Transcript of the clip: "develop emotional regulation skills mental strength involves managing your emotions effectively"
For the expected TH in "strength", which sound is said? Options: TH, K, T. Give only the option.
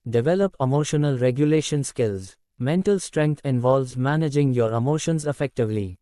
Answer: T